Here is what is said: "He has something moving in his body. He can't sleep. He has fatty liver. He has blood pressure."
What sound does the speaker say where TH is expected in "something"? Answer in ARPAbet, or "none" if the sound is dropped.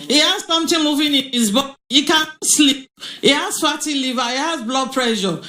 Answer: T